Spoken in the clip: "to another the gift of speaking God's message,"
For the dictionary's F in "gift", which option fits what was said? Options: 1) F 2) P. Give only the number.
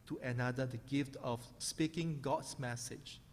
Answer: 1